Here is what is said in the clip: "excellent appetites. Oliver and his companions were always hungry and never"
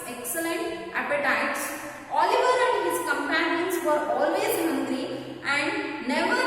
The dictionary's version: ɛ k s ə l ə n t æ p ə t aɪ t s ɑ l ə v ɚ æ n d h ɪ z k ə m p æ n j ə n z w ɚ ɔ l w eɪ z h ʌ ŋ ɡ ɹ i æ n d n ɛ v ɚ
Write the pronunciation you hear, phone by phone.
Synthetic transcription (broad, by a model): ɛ k s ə l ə n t æ p ə t aɪ t s ɑ l ə v ɚ æ n d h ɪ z k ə m p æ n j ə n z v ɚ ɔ l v eɪ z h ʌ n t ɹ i æ n d n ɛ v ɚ